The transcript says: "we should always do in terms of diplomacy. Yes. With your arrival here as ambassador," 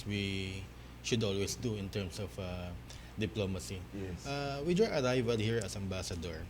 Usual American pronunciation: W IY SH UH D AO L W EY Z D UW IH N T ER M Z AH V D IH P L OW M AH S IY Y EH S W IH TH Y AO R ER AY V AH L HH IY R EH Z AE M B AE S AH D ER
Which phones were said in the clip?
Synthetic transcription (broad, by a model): W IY SH UH D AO L W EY S D UW IH N T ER M S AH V D IH P L OW M AH S IY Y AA W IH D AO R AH AY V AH L HH IY R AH S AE M B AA S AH D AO